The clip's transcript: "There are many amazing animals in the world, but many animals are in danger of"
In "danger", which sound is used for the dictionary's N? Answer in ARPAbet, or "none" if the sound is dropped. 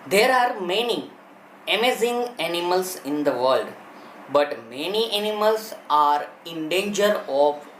N